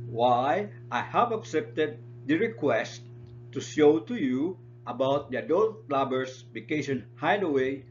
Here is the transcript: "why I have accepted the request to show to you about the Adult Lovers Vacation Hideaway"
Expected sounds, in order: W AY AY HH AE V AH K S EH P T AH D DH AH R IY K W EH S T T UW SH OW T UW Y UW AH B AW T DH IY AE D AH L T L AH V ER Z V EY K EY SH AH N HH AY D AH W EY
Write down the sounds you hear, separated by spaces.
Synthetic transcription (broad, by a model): W AY AY HH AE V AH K S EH P T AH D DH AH R IY K W EH S T T UW SH OW T UW Y UW AH B AW T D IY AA D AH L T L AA B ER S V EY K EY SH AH N HH AY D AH W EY